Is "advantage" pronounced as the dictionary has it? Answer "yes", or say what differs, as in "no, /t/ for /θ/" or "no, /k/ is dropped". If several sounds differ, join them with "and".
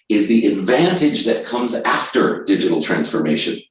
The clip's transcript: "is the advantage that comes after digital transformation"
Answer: yes